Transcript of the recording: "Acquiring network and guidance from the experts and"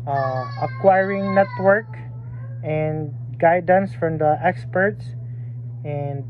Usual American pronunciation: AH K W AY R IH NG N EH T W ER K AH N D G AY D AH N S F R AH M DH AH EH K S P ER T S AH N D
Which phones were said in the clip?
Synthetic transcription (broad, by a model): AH K W AY R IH NG N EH T W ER K AH N D G AY D AH N S F R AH M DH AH EH K S P ER T S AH N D